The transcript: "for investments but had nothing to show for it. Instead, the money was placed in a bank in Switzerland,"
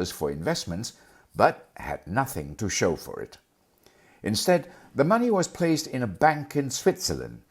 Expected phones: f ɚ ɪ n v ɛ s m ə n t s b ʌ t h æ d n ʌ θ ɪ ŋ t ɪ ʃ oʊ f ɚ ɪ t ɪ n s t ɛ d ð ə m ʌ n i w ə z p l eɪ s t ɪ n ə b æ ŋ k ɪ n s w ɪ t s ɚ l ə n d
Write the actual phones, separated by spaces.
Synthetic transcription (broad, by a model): f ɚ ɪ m v ɛ s m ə n t s b ʌ t h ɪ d n ʌ θ ɪ ŋ t ɪ ʃ oʊ f ɚ ɪ t ɪ n s t ɛ d ð ə m ʌ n i w ə z p l eɪ s t ɪ n ə b æ ŋ k ɪ n s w ɪ t s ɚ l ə n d